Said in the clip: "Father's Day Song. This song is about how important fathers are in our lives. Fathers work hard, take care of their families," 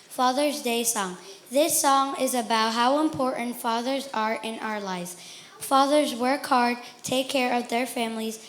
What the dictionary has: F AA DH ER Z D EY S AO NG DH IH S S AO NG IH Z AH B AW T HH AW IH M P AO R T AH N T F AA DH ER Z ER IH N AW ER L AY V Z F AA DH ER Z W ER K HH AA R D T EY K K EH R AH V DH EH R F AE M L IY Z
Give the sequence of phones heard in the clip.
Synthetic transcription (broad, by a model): F AA DH ER Z D EY S AO NG DH IH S S AO NG IH Z AH B AW T HH AW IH M P AO R T N T F AA DH ER Z ER IH N AW ER L AY V Z F AA DH ER Z W ER K HH AA R D T EY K K EH R AH V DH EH R F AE M L IY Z